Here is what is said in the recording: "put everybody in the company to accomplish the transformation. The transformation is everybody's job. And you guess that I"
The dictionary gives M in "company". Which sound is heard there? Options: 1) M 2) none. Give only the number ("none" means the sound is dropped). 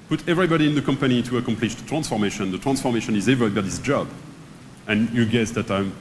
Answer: 1